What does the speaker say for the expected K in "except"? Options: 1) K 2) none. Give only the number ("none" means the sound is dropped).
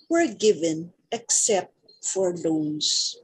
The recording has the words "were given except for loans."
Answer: 1